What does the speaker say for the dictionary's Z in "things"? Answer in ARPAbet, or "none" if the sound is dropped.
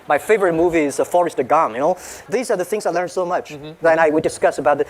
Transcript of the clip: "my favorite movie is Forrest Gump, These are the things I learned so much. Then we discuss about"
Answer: Z